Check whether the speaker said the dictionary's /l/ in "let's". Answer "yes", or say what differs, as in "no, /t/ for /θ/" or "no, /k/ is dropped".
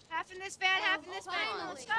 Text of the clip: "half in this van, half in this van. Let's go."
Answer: no, /w/ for /l/